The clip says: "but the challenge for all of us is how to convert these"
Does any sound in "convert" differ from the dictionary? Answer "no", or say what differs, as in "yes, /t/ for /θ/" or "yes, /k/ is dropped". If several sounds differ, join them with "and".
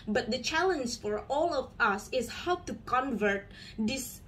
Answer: no